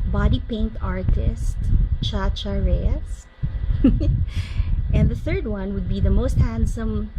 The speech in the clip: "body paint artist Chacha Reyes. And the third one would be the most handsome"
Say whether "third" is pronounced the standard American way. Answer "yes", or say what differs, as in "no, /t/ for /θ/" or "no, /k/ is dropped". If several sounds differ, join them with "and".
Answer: yes